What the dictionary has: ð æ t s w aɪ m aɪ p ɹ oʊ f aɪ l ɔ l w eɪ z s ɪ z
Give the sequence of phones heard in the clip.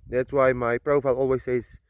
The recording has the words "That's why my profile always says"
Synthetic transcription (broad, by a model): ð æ t s w aɪ m aɪ p ɹ oʊ f aɪ l ɔ l w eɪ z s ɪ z